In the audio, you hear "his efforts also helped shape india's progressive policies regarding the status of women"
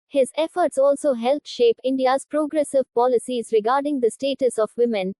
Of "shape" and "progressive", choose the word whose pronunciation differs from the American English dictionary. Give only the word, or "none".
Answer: none